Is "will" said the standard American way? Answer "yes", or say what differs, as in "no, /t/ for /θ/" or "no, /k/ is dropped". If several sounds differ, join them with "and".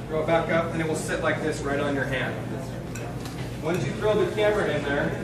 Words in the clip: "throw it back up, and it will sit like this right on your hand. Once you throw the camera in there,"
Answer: yes